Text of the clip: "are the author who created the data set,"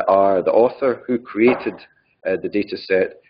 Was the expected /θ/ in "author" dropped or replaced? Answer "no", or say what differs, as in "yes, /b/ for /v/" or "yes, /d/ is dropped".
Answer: no